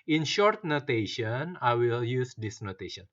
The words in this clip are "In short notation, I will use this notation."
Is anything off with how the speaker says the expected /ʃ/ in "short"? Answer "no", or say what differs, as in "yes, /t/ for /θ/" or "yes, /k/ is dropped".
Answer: no